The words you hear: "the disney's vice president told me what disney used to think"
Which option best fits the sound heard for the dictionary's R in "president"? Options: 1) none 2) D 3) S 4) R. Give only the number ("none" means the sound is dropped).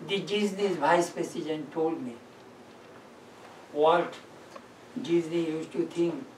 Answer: 1